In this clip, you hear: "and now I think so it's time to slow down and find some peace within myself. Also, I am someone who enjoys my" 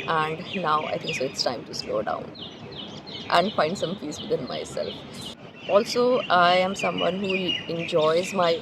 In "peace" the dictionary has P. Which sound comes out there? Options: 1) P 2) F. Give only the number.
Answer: 2